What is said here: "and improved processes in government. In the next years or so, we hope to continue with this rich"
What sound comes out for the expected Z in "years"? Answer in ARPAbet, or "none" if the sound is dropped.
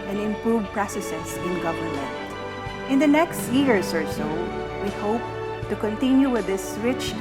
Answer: S